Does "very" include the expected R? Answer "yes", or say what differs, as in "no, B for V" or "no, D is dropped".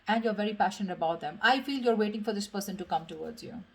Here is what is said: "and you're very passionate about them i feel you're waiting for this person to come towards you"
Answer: yes